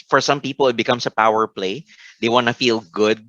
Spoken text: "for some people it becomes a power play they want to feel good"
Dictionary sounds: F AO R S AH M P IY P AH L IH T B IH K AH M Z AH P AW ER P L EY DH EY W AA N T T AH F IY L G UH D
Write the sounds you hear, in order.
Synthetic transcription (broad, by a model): F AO R S AH M P IY P AH L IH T B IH K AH M S AH P AW ER P L EY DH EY W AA N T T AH F IY L G UH D